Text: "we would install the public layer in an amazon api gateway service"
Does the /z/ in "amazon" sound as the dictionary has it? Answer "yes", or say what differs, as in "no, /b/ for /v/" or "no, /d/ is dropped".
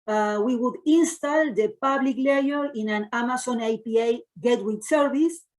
no, /s/ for /z/